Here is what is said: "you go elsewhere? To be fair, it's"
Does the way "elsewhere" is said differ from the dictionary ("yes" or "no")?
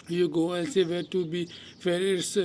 yes